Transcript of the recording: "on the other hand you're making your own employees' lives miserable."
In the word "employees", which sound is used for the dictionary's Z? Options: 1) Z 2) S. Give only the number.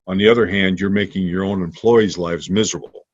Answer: 1